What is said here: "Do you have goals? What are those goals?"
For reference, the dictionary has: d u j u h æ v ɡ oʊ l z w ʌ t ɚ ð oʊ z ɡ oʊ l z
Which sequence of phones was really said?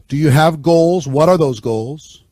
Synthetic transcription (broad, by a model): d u j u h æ v ɡ oʊ l z w ʌ t ɚ ð oʊ z ɡ oʊ l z